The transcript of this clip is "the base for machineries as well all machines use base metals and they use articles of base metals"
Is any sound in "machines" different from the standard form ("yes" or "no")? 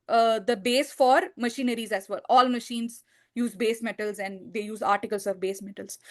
no